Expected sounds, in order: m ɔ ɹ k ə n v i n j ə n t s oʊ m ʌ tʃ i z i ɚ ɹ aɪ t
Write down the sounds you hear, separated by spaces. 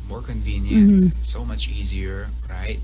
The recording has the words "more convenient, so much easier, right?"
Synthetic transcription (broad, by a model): m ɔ ɹ k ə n v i n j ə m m s oʊ m ʌ tʃ i z i ɚ ɹ aɪ t